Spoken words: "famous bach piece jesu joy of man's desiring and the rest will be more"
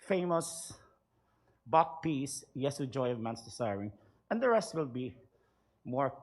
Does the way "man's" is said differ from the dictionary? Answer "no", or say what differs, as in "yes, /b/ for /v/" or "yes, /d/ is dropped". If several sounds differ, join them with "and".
yes, /s/ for /z/